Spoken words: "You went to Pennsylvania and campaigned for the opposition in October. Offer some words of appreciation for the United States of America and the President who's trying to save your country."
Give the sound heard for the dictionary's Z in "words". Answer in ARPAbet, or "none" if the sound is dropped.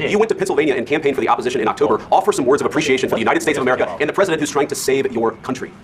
Z